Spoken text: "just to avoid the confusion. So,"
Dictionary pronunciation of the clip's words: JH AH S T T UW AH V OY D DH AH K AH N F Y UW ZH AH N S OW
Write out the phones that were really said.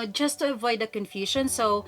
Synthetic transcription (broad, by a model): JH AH S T T UW AH V OY D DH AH K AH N F Y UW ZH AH N S OW